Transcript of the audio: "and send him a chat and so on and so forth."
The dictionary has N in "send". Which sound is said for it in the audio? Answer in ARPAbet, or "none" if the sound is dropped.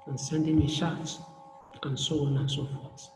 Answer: N